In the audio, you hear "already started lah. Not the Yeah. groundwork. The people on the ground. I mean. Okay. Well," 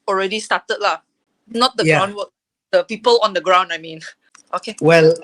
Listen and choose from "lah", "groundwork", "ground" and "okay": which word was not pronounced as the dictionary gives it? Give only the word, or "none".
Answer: groundwork